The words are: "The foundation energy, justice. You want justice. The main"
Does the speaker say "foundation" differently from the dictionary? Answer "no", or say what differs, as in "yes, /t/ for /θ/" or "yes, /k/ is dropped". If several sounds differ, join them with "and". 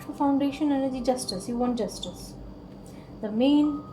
no